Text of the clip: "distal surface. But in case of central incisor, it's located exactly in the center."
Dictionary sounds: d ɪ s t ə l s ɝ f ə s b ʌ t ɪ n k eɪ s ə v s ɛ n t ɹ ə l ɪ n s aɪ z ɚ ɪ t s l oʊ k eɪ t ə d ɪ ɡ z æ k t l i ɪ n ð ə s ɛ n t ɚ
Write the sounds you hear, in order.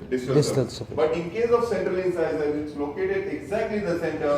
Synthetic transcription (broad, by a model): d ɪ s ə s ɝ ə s b ʌ t ɪ n k eɪ s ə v s ɛ n t ɹ ə l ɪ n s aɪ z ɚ ɪ t s l oʊ k eɪ t ə d ɪ ɡ z æ k t l i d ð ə s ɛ n t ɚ